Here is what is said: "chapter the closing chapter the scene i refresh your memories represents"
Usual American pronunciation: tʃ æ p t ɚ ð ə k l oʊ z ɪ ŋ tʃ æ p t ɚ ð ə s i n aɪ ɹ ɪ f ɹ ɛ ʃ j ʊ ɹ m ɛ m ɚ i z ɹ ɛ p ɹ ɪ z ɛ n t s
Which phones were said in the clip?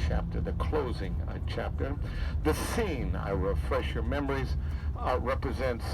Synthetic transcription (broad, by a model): tʃ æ p t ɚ ð ə k l oʊ z ɪ ŋ tʃ æ p t ɚ ð ə s i n aɪ ɹ ɪ f ɹ ɛ ʃ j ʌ ɹ m ɛ m ɚ i z ɹ ɛ p ɹ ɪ z ɛ n t s